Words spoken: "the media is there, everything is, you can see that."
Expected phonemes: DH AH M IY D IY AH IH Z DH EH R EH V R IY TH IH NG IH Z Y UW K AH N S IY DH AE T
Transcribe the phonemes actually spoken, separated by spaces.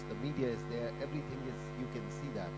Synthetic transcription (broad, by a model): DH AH M IY D IY AH IH Z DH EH R EH V R IY TH IH NG IH Z Y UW K AH N S IY DH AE T